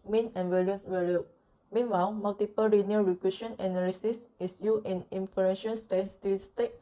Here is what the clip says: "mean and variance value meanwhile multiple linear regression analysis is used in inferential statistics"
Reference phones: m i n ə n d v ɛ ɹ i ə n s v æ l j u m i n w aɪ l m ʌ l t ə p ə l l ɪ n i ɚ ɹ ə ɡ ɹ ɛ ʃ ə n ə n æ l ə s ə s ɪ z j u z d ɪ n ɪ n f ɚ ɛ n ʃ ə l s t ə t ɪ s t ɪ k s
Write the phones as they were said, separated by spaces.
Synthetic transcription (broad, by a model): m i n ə n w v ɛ l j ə s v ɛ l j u m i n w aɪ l m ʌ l t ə p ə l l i n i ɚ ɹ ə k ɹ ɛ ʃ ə n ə n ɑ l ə s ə s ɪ s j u ɪ n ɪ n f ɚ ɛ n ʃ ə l s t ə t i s t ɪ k